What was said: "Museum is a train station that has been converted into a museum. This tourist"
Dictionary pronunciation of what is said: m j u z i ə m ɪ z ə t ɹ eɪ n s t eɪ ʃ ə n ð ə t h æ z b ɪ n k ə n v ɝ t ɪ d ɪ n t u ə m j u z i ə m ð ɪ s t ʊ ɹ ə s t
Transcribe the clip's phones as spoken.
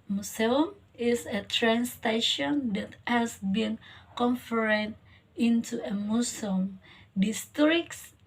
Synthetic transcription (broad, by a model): m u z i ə m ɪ s ə t ɹ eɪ n s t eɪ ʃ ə n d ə t h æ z b ɪ n k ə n f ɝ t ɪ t ɪ n t u ə m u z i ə m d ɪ s t ɹ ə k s